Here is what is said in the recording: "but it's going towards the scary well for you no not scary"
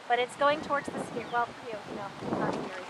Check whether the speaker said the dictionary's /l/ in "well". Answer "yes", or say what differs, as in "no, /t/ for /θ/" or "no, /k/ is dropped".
yes